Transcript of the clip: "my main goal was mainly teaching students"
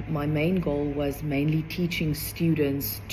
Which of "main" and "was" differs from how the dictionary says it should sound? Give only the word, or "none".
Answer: none